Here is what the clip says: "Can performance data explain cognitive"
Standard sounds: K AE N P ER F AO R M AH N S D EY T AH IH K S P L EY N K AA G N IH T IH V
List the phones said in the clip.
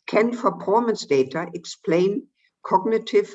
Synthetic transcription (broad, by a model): K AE N F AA P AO M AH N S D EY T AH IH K S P L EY N K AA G N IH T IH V